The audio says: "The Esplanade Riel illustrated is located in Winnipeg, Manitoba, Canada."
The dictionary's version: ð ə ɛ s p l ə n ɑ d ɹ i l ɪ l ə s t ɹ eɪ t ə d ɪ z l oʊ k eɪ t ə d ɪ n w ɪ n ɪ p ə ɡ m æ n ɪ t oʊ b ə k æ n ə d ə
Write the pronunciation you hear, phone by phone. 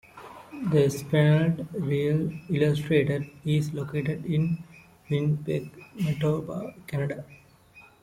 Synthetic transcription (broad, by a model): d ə s p ə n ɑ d ɹ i l ɪ l ə s t ɹ eɪ t ə d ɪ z l oʊ k eɪ t ə d ɪ n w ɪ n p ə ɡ m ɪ t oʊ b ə k æ n ə d ə